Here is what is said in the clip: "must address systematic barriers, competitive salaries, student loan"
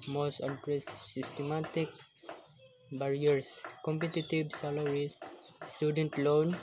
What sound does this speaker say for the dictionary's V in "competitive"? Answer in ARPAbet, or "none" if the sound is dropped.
B